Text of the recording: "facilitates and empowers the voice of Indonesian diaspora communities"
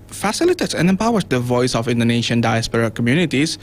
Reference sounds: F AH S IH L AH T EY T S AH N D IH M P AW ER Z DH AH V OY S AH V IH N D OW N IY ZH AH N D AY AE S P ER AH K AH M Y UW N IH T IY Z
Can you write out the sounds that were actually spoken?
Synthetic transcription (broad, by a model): F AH S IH L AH T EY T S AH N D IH M P AW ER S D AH V OY S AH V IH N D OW N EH SH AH N D AY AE S P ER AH K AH M Y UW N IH T IY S